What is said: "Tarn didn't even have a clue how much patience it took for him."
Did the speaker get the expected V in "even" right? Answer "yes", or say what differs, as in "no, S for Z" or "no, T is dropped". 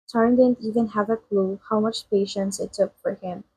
yes